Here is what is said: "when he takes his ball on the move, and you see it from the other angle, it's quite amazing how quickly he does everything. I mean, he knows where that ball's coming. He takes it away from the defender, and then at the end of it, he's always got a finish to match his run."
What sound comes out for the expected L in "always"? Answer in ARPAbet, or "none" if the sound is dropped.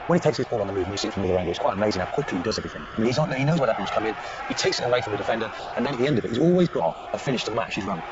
L